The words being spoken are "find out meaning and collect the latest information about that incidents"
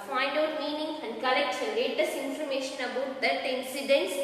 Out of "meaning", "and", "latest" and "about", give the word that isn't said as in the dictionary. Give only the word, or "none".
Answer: latest